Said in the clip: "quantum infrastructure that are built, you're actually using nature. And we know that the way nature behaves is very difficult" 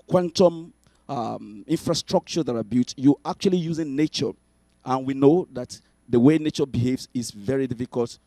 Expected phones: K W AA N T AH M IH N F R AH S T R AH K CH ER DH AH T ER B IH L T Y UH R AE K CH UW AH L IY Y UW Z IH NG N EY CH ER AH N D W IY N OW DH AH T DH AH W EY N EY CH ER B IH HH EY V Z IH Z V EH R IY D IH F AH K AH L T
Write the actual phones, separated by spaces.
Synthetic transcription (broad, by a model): K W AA N T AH M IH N F R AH S T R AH K CH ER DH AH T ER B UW T Y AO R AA K CH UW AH L IY Y UW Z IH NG N EY CH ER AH N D W IY N OW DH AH T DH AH W EY N EY CH ER B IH HH EY V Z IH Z V EH R IY D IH F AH K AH L T